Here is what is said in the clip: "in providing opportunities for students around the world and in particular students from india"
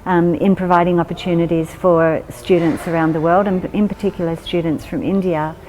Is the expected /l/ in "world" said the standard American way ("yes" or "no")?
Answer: yes